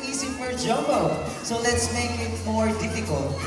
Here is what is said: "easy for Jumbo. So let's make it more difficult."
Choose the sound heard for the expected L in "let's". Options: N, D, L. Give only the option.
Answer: L